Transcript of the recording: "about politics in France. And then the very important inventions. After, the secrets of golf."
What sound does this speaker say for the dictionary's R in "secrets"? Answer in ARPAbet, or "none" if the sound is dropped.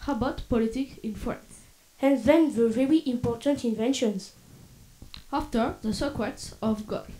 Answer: W